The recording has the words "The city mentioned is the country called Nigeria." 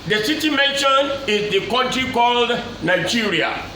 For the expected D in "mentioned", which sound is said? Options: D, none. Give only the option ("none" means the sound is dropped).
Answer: none